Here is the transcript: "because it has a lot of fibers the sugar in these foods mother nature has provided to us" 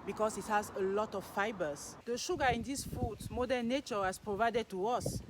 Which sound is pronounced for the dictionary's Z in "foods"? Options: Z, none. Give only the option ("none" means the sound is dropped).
none